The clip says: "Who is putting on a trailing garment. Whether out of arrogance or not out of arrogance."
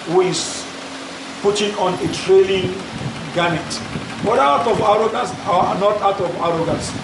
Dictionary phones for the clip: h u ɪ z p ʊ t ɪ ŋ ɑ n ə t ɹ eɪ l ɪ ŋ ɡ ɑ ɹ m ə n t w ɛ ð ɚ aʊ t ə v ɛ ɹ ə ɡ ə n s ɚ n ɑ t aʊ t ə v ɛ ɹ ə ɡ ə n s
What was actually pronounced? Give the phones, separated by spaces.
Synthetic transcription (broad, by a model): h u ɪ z p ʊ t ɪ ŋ ɑ n ə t ɹ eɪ l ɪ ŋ ɡ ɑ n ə t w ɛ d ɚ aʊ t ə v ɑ ɹ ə ɡ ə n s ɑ n ɑ t aʊ t ə v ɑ ɹ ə ɡ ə n s